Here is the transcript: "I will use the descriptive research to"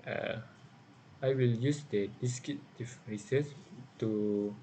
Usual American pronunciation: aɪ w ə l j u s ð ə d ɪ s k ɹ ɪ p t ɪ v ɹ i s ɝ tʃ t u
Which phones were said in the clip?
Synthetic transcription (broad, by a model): aɪ w ə l j u s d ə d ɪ s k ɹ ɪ t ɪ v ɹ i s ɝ s t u